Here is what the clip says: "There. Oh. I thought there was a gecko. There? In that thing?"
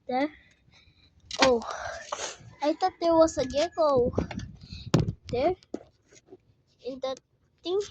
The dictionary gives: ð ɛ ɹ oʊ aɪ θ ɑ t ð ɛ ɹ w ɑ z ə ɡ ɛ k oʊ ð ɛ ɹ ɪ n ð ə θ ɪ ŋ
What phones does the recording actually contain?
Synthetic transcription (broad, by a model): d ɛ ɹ oʊ aɪ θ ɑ t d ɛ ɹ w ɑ s ə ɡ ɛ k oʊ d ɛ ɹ ɪ n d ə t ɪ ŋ